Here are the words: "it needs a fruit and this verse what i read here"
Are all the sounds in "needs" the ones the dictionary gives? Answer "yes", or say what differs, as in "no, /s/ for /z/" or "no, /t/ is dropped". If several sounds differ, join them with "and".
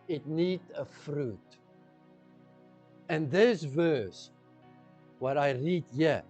no, /z/ is dropped